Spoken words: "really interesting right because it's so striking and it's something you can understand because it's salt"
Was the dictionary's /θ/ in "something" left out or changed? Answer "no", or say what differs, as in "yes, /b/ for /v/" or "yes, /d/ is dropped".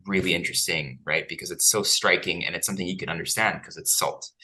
no